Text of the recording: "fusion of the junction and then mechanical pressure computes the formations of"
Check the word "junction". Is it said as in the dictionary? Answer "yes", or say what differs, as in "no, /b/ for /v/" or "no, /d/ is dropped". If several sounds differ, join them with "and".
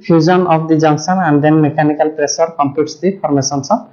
no, /s/ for /ʃ/